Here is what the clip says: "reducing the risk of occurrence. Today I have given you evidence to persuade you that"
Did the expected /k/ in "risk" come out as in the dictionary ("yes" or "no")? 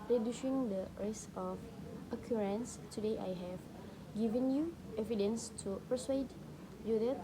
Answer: no